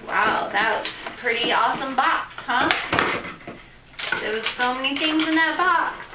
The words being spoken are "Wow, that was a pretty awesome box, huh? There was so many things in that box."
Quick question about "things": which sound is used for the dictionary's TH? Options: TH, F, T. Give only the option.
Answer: TH